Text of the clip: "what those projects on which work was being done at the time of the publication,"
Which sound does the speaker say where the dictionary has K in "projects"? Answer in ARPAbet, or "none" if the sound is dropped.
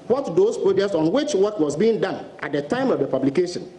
none